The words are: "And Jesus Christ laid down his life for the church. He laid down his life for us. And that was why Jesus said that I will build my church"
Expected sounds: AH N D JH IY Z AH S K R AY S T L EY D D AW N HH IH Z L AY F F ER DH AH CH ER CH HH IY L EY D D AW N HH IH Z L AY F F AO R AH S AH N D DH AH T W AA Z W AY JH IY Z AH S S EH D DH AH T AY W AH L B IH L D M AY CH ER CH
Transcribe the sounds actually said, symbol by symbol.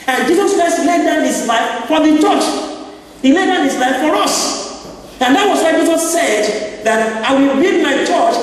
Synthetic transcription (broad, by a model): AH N JH IY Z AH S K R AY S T L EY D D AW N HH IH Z L AY F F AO DH AH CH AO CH HH IY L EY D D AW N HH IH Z L AY F F AO R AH S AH N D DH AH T W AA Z W AY JH IY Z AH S S EH D DH AH T AY W AH L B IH D M AY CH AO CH